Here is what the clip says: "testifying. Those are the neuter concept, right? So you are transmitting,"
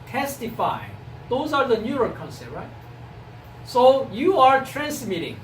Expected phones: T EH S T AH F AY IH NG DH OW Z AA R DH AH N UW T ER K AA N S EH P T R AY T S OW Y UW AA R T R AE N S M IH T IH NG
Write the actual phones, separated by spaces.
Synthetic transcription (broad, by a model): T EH S T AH F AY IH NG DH OW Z AA R DH AH N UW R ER K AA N S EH T R AY T S OW Y UW AA R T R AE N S M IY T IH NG